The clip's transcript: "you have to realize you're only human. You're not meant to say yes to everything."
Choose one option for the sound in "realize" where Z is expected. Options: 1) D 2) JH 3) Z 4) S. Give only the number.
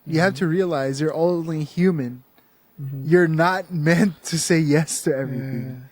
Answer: 3